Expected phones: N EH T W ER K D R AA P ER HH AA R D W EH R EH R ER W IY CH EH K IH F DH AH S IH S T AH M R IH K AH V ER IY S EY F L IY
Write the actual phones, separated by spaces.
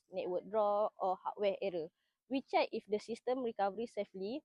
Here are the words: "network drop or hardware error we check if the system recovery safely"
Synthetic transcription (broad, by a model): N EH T W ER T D R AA AO HH AA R W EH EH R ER W IY CH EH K IH F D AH S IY S T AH M R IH K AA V ER IY S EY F L IY